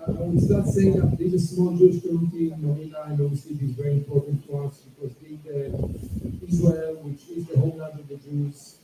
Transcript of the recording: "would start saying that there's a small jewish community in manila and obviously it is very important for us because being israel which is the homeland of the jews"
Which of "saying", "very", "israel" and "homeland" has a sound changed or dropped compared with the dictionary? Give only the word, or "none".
homeland